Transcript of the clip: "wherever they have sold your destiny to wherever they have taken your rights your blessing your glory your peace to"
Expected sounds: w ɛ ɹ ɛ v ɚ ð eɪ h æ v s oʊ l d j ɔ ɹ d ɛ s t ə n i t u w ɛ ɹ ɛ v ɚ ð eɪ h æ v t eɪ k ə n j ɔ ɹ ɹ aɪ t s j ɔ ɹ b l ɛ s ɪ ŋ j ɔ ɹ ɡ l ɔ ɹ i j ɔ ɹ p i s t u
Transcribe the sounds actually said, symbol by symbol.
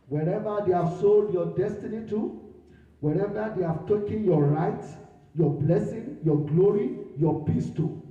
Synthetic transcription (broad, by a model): w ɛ ɹ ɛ v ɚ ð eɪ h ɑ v s oʊ l d j ɔ d ɛ s t ə n i t u w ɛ ɹ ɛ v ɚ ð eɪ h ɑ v t eɪ k ə n j ɔ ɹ ɹ aɪ t j ɔ b l ɛ s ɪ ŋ j ɔ ɡ l ɔ ɹ i j ɔ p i s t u